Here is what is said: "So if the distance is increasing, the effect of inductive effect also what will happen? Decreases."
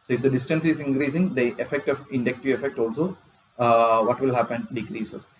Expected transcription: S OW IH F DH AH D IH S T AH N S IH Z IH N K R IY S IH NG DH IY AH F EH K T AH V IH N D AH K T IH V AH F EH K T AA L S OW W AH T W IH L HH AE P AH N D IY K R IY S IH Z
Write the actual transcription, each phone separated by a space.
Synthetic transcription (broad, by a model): S OW IH F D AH D IH S T AH N S IH Z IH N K R IY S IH NG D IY AH F EH K T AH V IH N D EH K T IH AH F EH K T AA L S OW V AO T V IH L HH AE P AH N D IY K R IY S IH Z